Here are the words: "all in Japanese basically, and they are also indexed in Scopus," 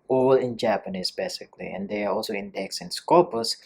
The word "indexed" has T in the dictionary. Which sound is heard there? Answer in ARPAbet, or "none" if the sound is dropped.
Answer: none